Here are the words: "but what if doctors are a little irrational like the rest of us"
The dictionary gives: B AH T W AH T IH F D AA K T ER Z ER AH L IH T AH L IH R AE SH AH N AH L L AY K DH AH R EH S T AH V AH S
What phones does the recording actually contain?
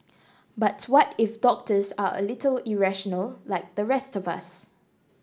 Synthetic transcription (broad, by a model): B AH T W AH T IH F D AA K T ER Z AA AH L IH T AH L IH R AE SH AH N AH L L AY K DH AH R EH S T AH V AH S